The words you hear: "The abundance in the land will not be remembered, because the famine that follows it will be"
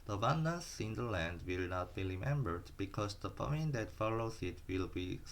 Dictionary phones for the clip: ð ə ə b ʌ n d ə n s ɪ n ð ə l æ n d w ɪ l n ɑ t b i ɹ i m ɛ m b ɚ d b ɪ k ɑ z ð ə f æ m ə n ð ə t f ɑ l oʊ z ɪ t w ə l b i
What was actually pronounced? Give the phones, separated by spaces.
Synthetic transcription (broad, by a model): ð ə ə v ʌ n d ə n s ɪ n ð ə l æ n d w ɪ l n ɑ t b i ɹ i m ɛ m b ɚ d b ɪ k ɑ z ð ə p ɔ ə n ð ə t f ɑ l oʊ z ɪ t w ə l b i